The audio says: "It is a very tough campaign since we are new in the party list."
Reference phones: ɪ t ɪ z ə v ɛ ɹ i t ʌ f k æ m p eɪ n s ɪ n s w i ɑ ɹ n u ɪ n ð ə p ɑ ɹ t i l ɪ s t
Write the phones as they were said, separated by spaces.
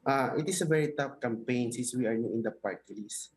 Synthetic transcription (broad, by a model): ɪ t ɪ s ə v ɛ ɹ i t ʌ f k æ m p eɪ n s ɪ n s w i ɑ ɹ n u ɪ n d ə p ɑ ɹ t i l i s